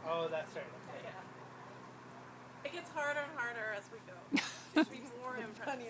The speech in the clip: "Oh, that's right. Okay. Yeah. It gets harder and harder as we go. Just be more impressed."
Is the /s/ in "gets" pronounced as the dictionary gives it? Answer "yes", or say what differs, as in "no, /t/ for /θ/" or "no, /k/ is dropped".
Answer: yes